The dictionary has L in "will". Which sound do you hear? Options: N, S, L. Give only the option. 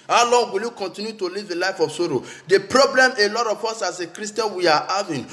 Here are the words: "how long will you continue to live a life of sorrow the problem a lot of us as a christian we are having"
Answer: L